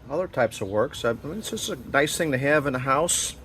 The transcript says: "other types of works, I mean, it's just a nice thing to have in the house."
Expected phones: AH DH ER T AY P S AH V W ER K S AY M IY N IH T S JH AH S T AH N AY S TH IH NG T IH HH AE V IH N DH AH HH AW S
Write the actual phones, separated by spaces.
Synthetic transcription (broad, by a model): AH DH ER T AY P S AH V W ER K S AY M IY N IH T S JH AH S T AH N AY S TH IH NG T IH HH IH V IH N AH HH AW S